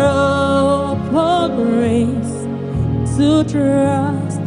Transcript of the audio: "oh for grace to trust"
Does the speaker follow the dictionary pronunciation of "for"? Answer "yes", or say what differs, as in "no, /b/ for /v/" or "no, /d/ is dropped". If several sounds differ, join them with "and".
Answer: no, /p/ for /f/